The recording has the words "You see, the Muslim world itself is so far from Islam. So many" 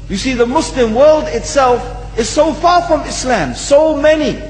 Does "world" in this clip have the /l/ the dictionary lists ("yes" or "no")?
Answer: yes